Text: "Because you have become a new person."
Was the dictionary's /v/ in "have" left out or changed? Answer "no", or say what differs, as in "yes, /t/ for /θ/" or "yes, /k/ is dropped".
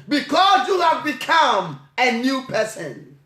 no